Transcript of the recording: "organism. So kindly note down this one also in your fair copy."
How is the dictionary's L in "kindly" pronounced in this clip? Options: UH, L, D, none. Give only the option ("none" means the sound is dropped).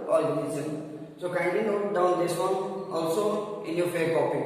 none